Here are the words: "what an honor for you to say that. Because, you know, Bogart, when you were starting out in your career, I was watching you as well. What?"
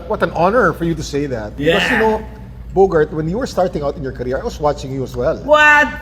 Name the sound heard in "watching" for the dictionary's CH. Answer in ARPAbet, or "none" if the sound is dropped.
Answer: CH